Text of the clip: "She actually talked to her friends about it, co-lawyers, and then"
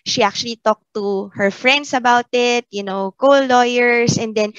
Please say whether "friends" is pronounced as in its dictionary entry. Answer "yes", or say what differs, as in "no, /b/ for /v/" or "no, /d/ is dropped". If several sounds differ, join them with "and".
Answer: no, /s/ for /z/